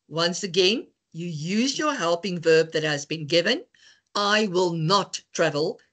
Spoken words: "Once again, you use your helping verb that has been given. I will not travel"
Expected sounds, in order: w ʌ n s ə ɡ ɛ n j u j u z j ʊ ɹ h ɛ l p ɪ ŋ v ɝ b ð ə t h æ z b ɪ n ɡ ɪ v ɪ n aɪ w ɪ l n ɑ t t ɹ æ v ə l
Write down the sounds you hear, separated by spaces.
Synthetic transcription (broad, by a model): w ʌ n s ə ɡ ɛ n j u j u z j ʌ ɹ h ɛ l p ɪ ŋ v ɝ b ð ə t h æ z b ɪ n ɡ ɪ v ɪ n aɪ w ɪ l n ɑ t t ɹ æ v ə l